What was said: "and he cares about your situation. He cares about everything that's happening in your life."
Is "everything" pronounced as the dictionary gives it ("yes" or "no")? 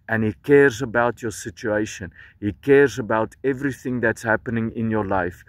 yes